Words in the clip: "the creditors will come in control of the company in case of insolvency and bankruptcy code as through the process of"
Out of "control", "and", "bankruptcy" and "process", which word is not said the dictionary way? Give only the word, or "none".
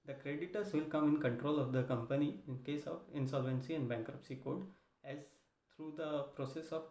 none